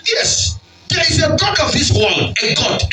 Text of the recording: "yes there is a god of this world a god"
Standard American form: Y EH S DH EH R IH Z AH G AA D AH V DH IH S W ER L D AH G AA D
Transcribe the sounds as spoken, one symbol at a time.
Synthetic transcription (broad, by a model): Y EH S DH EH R IH Z AH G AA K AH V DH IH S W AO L AH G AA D